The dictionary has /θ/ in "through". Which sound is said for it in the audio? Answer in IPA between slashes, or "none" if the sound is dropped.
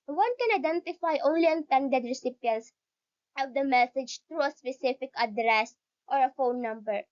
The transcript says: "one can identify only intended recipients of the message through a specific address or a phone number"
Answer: /t/